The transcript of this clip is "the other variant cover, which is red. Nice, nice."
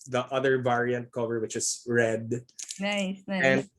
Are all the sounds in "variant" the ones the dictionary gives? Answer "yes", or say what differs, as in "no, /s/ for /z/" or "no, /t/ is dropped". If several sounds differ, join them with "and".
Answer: yes